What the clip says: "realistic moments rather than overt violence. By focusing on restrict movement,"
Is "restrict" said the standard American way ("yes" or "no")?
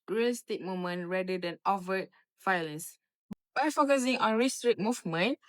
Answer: no